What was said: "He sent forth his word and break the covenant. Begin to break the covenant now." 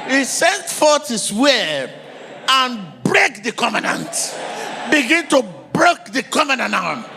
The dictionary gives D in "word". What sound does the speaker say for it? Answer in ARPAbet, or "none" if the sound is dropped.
none